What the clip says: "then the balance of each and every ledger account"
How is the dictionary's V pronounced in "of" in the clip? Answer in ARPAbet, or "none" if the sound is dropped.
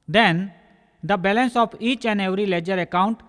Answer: P